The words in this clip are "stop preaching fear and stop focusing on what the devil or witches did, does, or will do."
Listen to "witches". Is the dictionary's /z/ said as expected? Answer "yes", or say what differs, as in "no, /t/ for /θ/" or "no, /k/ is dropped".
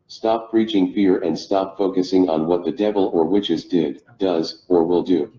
yes